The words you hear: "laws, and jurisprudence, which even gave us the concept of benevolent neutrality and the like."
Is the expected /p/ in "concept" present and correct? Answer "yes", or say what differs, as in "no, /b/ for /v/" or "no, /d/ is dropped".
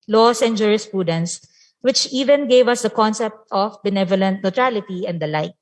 yes